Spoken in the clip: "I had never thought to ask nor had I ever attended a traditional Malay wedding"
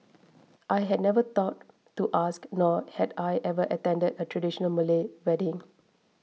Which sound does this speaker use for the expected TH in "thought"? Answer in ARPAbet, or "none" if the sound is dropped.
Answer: T